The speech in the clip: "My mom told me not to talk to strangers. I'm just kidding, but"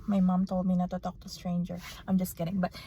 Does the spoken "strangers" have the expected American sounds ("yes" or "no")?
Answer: no